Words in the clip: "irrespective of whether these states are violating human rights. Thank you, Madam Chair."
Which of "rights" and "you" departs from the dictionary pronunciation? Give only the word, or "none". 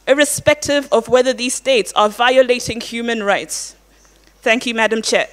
none